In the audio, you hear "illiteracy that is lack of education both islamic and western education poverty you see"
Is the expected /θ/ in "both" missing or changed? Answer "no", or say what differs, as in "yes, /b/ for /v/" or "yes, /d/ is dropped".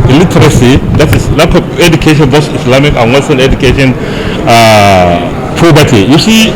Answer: yes, /s/ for /θ/